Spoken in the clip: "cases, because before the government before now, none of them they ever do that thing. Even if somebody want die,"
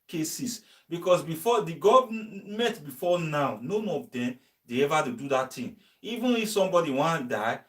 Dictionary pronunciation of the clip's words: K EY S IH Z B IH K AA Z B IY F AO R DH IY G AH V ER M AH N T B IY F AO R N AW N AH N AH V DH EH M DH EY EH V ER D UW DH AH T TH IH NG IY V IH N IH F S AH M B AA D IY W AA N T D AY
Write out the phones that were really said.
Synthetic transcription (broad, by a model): K EY S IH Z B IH K AA S B IY F AO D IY G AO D M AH T B IY F AO N AW N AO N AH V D EH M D EY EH V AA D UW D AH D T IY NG IY V IH N IH F S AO M B AA D IY W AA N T D AY